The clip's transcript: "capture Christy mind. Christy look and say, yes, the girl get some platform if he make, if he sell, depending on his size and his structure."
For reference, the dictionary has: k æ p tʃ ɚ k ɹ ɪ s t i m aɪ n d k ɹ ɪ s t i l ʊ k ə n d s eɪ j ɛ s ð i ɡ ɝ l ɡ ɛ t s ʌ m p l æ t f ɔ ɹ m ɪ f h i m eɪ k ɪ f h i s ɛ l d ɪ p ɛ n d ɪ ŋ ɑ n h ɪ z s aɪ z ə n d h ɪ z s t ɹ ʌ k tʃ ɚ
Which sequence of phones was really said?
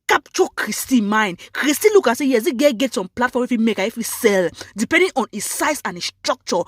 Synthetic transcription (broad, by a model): k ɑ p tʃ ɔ k ɹ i s t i m aɪ n k ɹ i s t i l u k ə s eɪ j ɛ s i ɡ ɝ ɡ ɛ t s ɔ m p l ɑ t f ɔ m ɪ f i m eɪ k ɪ f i s ɛ l d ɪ p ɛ n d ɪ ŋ ɑ n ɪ s aɪ s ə n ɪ s t ɹ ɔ k tʃ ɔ